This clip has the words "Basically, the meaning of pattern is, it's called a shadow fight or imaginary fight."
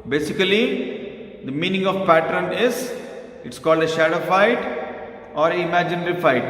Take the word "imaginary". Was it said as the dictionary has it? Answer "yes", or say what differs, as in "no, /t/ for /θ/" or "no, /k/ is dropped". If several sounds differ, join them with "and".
yes